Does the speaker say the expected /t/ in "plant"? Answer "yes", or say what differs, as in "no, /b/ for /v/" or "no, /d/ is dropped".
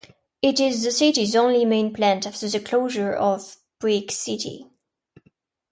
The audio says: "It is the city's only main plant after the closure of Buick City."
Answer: yes